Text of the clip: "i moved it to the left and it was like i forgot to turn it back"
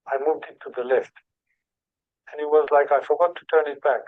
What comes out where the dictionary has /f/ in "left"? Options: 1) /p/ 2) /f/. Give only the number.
2